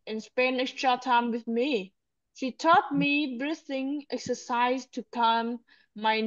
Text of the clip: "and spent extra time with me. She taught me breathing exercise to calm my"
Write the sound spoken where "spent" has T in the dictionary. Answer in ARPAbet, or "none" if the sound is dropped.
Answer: none